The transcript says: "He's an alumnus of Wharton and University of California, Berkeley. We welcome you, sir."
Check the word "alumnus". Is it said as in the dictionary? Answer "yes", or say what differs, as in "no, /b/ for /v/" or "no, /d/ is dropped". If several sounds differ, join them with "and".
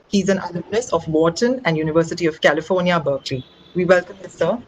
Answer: no, /m/ is dropped